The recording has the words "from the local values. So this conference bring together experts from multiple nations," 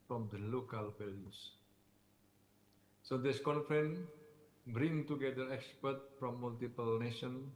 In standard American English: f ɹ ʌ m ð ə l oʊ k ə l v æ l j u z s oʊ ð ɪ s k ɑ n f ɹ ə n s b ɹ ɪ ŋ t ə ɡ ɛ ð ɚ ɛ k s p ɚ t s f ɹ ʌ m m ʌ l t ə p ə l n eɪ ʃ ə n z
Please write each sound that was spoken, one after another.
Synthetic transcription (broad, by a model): f ɹ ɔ m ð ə l oʊ k ə l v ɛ l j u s s oʊ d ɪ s k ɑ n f ɹ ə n b ɹ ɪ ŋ t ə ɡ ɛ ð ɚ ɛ k s p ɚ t f ɹ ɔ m m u l t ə p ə l n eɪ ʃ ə n